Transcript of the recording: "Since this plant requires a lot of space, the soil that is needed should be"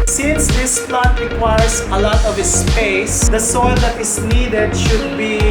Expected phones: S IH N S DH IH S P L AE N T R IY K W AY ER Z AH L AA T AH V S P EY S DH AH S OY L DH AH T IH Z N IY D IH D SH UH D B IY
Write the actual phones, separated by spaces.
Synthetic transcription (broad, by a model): S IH N S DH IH S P L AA T R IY K W AY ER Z AH L AA T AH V S P EY S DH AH S OY L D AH T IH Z N IY D IH D SH UH D B IY